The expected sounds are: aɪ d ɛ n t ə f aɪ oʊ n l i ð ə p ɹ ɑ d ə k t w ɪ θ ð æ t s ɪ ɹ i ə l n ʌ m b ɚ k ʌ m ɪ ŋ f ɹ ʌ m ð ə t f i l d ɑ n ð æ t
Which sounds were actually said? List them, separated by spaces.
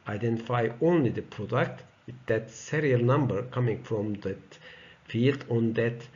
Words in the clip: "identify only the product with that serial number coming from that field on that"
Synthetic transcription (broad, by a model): aɪ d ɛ n t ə f aɪ oʊ n l i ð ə p ɹ ɑ d ə k t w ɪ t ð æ t s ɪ ɹ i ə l n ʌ m b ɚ k ʌ m ɪ ŋ f ɹ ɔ m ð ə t f i l d ɑ n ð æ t